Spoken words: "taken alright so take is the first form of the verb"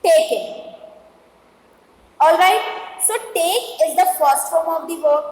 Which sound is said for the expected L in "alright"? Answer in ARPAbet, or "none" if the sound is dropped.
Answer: L